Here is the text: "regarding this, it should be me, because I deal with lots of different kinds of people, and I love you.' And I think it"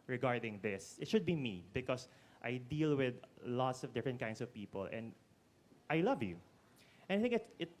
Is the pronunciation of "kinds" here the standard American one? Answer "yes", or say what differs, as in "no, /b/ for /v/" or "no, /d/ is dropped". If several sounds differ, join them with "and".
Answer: no, /s/ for /z/